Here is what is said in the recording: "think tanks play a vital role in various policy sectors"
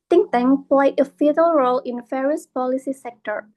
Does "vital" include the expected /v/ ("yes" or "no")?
no